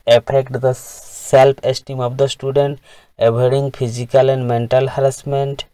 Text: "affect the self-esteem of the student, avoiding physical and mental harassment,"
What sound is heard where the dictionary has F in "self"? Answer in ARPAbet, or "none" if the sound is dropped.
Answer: P